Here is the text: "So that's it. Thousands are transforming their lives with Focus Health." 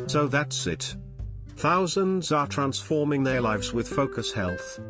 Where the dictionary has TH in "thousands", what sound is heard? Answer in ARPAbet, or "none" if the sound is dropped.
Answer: TH